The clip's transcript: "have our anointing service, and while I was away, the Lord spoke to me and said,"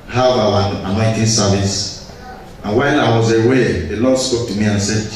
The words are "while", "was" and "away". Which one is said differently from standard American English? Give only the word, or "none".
while